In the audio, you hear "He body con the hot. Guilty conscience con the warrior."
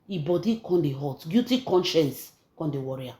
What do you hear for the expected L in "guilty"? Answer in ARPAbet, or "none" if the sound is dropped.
none